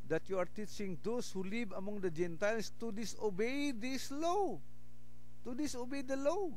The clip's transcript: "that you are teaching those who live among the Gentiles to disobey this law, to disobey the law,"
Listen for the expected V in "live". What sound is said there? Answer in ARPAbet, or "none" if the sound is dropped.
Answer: B